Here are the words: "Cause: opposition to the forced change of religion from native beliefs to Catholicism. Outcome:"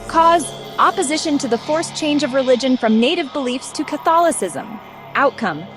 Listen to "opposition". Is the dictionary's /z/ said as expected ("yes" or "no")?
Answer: yes